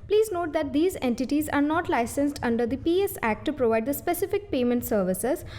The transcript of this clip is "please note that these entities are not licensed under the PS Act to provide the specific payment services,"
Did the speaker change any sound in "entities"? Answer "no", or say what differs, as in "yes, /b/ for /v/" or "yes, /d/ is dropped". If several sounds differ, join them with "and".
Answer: no